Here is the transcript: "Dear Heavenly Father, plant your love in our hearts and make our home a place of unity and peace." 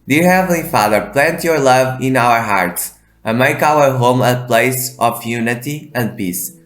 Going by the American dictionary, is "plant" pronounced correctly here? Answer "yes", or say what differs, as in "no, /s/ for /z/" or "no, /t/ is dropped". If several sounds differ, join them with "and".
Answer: yes